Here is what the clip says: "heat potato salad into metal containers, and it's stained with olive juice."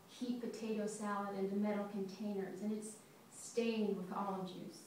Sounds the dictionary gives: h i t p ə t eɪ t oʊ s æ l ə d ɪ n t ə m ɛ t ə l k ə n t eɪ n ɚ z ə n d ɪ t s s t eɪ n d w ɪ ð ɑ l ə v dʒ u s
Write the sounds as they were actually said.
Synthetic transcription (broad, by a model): h i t p ə t eɪ t oʊ s æ l ə d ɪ n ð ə m ɛ t l k ə n t eɪ n ɚ z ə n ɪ t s s t eɪ n d w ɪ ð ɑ l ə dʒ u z